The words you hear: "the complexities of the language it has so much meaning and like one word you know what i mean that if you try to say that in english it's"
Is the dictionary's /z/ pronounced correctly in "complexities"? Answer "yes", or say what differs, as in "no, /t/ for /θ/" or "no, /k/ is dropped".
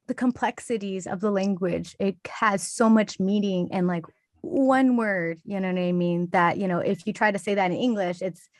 yes